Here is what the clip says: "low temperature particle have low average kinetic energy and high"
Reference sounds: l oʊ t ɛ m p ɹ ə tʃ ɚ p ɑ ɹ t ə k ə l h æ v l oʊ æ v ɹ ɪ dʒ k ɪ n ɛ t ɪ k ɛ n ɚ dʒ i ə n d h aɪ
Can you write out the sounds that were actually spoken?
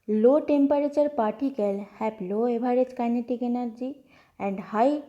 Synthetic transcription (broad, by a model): l oʊ t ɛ m p ɹ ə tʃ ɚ p ɑ ɹ t ə k ə l h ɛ p l oʊ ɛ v ɹ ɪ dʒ k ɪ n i t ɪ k ɛ n ɚ dʒ i ə n d h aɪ